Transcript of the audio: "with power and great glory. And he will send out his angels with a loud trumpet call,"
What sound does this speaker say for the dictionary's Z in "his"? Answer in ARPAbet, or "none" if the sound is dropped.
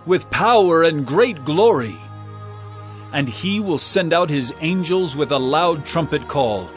Z